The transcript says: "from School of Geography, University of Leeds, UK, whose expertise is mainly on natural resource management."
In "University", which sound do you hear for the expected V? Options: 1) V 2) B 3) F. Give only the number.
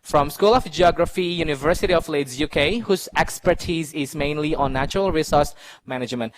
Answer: 1